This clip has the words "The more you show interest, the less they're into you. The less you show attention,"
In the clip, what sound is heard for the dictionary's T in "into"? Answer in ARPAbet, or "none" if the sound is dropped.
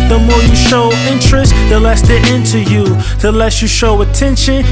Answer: T